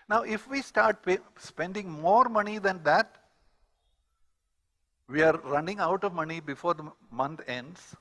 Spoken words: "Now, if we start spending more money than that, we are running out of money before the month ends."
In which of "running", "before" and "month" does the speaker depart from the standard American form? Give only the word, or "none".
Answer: month